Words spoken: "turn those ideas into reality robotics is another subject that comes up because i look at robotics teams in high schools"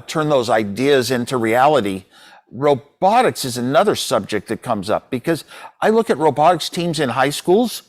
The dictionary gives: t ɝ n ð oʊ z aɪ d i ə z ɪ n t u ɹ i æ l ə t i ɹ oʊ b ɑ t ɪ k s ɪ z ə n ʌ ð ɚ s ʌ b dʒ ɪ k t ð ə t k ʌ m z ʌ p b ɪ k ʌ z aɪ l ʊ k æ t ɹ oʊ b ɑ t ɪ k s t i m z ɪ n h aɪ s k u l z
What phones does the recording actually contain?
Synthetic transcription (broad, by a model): t ɝ n ð oʊ z aɪ d i ə z ɪ n t u ɹ i æ l ə t i ɹ oʊ b ɑ t ɪ k s ɪ z ə n ʌ ð ɚ s ʌ b dʒ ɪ k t ð ə t k ʌ m z ʌ p b ɪ k ʌ z aɪ l ʊ k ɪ t ɹ oʊ b ɑ t ɪ k s t i m z ɪ n h aɪ s k u l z